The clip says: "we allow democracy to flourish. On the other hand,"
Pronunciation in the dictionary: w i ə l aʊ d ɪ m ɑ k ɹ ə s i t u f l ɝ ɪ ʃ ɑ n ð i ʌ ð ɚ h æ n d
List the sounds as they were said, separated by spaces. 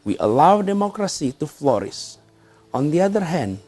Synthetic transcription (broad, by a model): w i ə l aʊ d ɪ m ɑ k ɹ ə s i t u f l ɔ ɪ s ɑ n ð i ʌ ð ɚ h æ n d